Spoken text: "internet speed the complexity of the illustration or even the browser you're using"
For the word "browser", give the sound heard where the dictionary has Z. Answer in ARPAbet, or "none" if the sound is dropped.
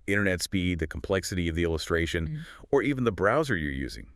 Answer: Z